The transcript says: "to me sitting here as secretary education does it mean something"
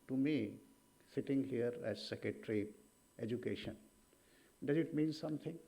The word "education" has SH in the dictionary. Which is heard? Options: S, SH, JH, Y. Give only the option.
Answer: SH